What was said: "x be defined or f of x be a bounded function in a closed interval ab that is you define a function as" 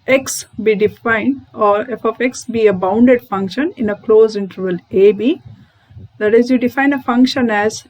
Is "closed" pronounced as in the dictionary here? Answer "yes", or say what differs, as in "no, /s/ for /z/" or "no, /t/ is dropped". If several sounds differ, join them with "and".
no, /d/ is dropped